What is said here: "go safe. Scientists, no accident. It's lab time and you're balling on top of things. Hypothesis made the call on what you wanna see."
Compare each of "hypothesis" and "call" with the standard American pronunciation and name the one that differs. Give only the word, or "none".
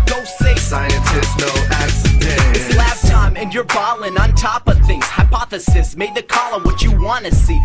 none